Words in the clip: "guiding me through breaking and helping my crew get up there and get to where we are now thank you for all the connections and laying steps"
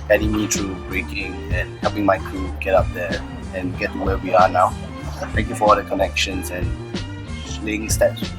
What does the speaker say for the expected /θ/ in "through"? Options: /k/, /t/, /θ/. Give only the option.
/t/